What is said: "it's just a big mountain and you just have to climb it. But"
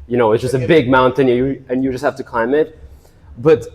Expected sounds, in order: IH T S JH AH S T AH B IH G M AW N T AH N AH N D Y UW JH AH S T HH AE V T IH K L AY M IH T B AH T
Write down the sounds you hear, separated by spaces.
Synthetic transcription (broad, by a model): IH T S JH AH S T AH B IH G M AW N T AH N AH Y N Y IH JH AH S T HH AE F T IH K L AY M IH T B AH T